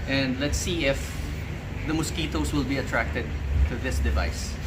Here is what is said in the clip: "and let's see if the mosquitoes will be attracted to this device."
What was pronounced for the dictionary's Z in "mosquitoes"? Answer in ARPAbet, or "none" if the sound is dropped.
S